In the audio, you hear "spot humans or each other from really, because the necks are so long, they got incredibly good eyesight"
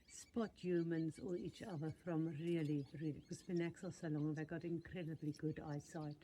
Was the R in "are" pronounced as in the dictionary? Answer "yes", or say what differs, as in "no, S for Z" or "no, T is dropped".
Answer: no, L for R